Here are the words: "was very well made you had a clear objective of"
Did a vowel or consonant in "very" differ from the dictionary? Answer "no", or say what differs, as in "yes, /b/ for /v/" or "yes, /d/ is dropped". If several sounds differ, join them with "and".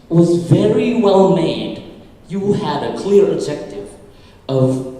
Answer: no